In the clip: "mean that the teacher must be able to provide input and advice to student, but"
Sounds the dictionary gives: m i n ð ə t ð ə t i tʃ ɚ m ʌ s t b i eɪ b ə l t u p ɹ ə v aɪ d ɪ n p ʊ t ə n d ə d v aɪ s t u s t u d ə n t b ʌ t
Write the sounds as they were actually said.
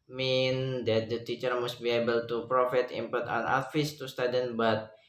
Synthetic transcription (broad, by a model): m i n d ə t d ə t i tʃ ɚ m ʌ s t b i eɪ b ə l t u p ɹ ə f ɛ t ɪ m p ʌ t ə n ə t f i s t u s t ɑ d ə n b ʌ t